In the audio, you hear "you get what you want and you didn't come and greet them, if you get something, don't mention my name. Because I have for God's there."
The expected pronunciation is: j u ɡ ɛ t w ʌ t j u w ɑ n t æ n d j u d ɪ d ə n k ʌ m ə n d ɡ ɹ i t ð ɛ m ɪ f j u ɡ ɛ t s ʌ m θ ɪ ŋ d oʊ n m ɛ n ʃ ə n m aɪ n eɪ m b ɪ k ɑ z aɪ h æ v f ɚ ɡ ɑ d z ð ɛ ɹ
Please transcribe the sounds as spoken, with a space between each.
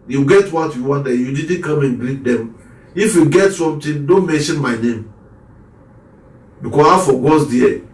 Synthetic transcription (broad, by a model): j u ɡ ɛ t w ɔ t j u w ɑ n t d j u d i d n k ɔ m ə n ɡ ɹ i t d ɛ m ɪ f j u ɡ ɛ t s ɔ m t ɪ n d oʊ n m ɛ n ʃ ə n m aɪ n eɪ m b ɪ k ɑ aɪ f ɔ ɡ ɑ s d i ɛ